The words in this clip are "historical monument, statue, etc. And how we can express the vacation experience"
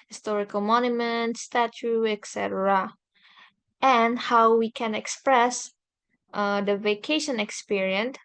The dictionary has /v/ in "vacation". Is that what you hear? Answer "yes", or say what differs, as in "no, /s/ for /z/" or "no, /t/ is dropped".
yes